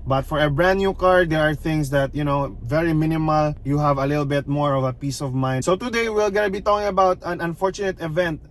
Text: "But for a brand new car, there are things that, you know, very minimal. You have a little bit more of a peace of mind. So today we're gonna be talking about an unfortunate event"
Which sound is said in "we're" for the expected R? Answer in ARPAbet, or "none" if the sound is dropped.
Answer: L